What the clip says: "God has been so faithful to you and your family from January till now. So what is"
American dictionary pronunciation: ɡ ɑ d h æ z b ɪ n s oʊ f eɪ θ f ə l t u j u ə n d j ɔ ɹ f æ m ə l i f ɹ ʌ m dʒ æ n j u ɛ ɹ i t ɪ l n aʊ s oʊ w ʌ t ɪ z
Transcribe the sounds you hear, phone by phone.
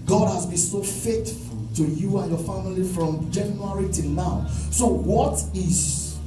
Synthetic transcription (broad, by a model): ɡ ɑ d h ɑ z b ɪ n s oʊ f eɪ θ f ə l t u j u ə n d j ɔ f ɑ m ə l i f ɹ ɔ m dʒ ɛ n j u ɹ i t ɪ n n aʊ s oʊ w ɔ t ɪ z